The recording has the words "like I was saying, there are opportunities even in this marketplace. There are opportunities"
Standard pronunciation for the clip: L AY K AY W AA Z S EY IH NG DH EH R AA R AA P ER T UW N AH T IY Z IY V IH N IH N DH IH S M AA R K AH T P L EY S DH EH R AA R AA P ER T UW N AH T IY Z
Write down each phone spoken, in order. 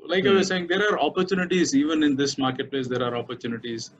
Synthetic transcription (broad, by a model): L AY K AY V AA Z S EY IH NG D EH R AA R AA P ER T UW N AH T IY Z IY V IH N IH N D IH S M AA R K AH T P L EY S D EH R AA R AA P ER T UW N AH T IY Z